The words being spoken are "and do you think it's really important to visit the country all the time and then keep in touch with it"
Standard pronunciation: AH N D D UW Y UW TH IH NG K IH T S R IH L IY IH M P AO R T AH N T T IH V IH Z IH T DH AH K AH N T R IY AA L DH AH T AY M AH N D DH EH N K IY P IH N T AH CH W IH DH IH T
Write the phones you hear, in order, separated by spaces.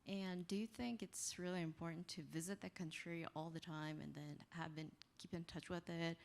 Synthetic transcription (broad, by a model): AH N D D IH Y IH TH IH NG K IH T S R IH L IY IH M P AO R T N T T IH V IH Z IH T DH AH K AH N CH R IY AA L DH AH T AY M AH N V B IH N K IY P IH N T AH CH W IH DH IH T